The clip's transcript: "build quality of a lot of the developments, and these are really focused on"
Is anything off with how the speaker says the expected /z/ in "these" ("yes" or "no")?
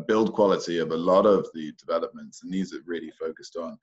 no